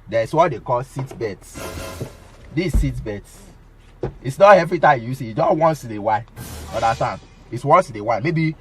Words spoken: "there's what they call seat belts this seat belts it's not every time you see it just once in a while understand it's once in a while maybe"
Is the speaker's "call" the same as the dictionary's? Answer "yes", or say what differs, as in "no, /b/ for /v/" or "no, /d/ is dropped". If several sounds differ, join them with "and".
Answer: yes